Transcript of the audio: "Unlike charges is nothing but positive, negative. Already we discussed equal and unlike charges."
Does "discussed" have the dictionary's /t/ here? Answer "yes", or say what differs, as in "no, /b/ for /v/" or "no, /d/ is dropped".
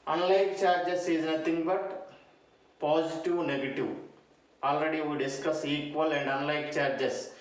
no, /t/ is dropped